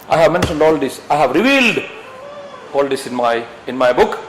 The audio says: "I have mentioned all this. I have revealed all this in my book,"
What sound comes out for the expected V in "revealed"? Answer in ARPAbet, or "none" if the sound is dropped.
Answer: V